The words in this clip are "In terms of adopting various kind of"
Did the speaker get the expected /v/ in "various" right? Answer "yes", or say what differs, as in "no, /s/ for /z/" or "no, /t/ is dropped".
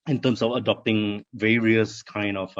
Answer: yes